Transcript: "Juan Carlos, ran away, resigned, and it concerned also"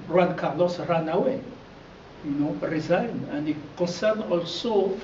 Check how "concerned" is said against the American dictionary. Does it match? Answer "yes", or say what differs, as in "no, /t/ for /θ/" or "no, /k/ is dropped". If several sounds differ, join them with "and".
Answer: no, /d/ is dropped